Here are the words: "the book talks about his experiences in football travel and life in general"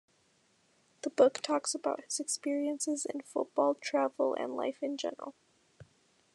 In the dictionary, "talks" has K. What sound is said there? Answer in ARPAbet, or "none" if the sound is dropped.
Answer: K